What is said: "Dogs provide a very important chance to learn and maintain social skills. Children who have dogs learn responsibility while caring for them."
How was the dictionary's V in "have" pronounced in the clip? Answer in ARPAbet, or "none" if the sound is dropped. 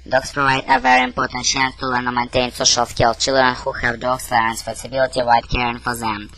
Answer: V